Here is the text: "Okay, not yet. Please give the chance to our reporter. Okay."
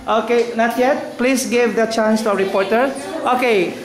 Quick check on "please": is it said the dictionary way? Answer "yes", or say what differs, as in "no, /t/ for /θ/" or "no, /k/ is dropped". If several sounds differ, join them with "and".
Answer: no, /s/ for /z/